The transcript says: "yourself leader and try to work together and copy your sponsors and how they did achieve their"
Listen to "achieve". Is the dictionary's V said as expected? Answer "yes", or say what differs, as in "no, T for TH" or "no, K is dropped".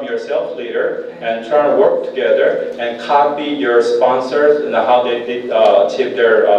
no, P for V